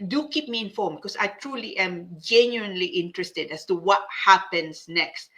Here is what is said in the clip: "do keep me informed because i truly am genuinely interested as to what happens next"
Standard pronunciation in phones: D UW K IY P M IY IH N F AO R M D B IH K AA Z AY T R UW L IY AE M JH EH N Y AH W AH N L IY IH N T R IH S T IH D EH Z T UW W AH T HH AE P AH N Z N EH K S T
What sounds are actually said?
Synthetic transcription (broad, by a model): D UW K IY P M IY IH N F AO M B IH K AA S AY T R UW L IY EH M JH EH N Y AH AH N L IY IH N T R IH S T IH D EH S T UW W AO T HH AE P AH N S N EH K S T